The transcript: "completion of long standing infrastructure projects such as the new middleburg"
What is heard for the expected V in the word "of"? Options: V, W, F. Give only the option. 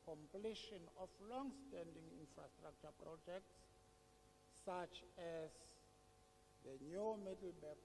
F